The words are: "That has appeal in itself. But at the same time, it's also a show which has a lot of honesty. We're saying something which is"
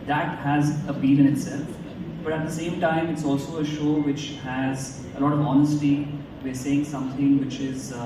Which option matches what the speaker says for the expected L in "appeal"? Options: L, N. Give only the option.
N